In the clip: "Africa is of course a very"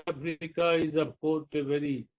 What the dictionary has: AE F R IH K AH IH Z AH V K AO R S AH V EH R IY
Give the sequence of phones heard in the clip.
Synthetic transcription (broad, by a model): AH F R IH K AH IH Z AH B K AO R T AH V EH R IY